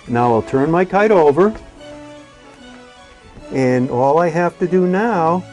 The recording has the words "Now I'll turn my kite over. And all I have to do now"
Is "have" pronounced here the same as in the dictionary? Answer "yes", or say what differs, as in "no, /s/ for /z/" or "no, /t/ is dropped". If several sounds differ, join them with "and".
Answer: no, /f/ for /v/